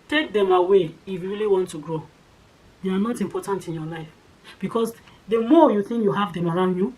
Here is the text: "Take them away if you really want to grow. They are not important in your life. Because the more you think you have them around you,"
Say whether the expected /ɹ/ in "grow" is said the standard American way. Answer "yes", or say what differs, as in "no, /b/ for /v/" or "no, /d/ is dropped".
yes